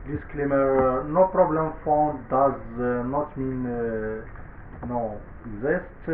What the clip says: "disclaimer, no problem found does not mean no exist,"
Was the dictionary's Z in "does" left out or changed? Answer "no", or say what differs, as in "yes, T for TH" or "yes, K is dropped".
no